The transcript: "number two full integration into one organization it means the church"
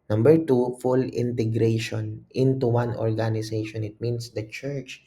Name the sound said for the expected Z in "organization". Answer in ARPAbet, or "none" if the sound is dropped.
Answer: S